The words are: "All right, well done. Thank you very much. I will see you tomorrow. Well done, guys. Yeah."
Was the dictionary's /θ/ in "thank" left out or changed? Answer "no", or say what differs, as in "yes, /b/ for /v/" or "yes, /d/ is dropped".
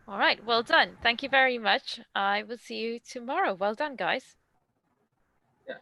no